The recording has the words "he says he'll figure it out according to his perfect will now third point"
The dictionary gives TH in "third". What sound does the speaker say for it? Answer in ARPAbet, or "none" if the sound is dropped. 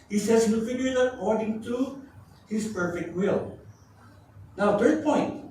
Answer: T